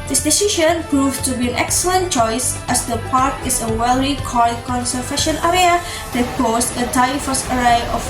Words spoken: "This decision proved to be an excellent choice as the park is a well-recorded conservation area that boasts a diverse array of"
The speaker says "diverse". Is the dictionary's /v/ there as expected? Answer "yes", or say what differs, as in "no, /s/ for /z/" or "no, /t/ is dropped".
no, /f/ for /v/